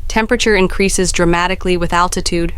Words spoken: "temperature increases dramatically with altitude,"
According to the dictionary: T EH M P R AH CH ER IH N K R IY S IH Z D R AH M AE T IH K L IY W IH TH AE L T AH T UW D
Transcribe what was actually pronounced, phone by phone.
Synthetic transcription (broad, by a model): T EH M P R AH CH ER IH N K R IY S IH Z D R AH M AE T IH K L IY W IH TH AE L T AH T UW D